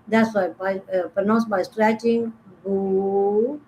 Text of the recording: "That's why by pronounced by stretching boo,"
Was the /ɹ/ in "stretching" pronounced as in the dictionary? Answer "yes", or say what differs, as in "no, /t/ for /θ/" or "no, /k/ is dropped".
yes